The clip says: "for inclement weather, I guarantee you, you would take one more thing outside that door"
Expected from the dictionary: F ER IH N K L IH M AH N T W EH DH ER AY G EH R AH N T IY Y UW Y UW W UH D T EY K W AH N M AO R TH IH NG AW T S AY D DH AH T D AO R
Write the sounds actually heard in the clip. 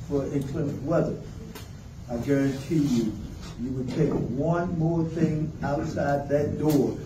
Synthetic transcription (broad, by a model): F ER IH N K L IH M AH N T W EH DH ER AY G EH R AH N T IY Y UW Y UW W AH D T EY K W AH N M AO R TH IH NG AW T S AY D DH AH T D AO R